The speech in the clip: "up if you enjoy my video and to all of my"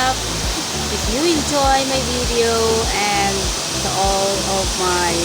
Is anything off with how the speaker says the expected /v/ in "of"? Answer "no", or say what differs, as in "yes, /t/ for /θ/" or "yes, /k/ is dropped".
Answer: yes, /p/ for /v/